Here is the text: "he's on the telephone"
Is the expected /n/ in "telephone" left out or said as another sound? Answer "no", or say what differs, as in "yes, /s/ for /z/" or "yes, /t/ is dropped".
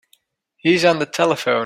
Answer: yes, /n/ is dropped